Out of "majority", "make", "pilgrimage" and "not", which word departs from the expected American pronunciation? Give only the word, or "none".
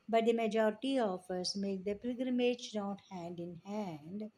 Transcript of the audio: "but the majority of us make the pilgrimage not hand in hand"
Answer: pilgrimage